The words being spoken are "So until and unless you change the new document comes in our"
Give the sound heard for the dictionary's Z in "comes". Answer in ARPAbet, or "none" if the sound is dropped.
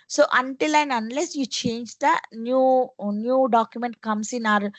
S